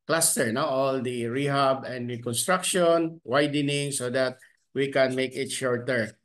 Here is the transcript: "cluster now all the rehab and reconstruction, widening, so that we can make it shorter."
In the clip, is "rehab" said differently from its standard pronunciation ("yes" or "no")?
no